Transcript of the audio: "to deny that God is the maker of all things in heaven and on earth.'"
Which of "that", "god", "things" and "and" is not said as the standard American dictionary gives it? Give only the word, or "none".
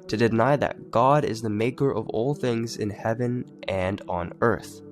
none